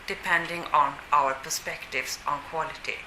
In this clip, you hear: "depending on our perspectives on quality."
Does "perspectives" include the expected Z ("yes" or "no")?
no